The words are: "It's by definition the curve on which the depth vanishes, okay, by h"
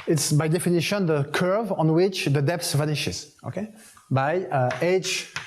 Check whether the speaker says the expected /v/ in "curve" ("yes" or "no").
yes